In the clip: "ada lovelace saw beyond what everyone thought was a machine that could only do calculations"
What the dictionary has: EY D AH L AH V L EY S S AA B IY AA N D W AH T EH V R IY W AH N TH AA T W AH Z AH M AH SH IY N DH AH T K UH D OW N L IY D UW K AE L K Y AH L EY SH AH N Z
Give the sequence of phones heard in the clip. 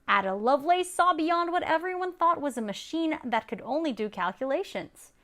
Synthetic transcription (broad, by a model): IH D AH L AH V L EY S S AA B IY AA N D W AH T EH V R IY W AH N TH AA T W AH Z AH M AH SH IY N DH AH T K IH D OW N L IY D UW K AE L K Y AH L EY SH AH N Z